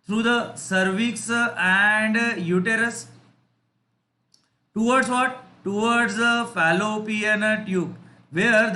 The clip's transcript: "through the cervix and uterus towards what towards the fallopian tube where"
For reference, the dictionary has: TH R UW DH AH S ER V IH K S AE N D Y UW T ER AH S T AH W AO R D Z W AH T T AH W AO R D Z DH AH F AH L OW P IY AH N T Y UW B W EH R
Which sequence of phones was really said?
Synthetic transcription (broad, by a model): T R UW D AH S ER V IH K S AE N D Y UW T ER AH S T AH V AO R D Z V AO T T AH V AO R D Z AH F AH L OW P IY AH N T Y UW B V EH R